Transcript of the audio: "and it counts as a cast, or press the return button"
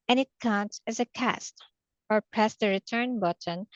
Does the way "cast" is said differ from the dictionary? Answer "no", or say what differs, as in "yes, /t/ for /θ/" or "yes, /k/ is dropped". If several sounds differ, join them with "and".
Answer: no